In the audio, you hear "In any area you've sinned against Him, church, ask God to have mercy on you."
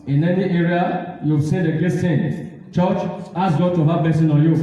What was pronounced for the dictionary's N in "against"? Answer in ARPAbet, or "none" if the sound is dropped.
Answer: none